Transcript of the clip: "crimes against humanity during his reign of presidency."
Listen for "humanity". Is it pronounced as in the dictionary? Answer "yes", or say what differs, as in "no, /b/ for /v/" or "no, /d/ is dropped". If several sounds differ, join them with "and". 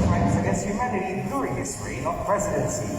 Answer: no, /n/ is dropped